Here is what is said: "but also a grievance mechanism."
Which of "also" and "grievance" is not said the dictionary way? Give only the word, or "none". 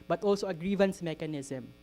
none